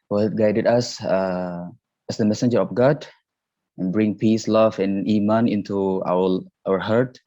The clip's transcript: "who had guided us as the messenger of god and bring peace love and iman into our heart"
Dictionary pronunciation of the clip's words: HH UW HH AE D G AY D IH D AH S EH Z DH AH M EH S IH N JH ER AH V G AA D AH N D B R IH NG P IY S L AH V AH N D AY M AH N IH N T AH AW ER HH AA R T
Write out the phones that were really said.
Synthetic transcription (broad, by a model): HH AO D G AY D IH D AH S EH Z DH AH M EH S IH N JH ER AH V G AA D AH N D B R IH NG P IY S L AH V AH N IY M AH N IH N T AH AW ER HH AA R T